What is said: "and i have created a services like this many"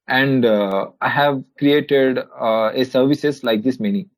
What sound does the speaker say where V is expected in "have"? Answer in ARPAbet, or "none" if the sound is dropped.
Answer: V